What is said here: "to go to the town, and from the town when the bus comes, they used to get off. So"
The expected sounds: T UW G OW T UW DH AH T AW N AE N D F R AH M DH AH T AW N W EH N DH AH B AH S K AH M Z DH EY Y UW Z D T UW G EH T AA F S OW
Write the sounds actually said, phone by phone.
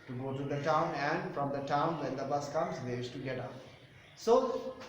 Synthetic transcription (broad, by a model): T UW G OW T UW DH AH T AW N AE N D F R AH M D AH T AW N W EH N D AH B AH S K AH M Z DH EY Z T UW G EH T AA P S OW